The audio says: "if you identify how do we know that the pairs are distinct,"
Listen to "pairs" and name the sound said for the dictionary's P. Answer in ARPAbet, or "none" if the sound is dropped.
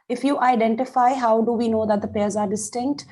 P